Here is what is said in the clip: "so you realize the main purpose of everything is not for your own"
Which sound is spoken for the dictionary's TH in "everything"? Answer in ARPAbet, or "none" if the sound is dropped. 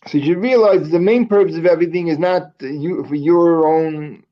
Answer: TH